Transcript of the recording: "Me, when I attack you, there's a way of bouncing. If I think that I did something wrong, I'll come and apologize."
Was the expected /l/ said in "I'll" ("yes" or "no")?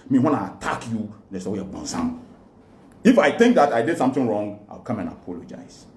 no